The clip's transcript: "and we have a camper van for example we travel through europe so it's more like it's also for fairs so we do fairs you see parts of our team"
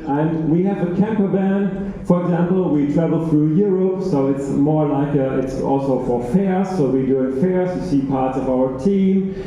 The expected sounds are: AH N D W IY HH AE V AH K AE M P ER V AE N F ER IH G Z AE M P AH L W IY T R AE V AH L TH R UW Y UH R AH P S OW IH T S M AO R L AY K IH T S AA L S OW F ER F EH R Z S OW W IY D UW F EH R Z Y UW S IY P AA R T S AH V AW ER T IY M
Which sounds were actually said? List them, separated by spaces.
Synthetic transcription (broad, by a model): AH N W IY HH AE V AH K AE M P ER B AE N F ER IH G Z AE M P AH L W IY T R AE V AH L TH R UW Y UH R AH P S OW IH T S M AO R L AY K IH T S AA L S OW F ER F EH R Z S OW W IY D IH F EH R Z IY S IY P AA R T S AH V AW ER T IY M